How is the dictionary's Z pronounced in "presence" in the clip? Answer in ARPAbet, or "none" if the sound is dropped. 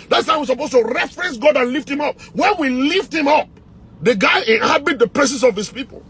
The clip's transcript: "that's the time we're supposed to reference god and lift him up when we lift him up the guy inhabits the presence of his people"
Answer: S